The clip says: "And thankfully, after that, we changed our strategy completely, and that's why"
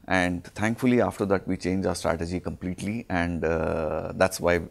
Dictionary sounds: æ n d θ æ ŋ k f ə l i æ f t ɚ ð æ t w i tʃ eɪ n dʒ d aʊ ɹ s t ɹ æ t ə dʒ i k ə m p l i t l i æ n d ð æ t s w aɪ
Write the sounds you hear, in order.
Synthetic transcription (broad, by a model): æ n d t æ ŋ k f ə l i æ f t ɚ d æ t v i tʃ eɪ n dʒ aʊ ɹ s t ɹ æ t ə dʒ i k ə m p l i t l i æ n d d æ t s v aɪ